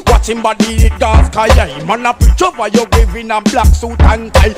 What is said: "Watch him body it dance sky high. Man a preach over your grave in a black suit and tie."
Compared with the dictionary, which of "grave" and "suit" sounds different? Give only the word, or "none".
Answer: grave